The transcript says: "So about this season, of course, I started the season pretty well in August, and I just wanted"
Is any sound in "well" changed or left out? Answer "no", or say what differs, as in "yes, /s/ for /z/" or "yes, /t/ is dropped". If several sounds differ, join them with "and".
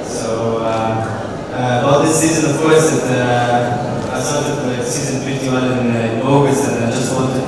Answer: yes, /n/ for /l/